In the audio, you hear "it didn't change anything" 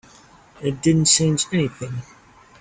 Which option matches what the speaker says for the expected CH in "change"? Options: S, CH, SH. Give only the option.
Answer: S